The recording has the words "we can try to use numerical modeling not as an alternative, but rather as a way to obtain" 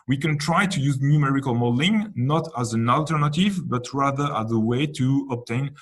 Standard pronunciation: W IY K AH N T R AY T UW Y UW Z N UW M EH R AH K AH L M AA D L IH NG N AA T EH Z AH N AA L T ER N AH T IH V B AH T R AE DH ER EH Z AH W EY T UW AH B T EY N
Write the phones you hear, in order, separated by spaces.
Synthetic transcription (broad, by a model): W IY K AH N T R AY T UW Y UW Z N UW M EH R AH K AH L M AA D L IH NG N AA T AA Z AH N AA L T ER N AH T IH V B AH T R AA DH ER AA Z AH W EY T UW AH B T EY N